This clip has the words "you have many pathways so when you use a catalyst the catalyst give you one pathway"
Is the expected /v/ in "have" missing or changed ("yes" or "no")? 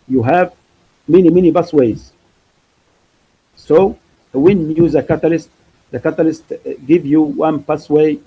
no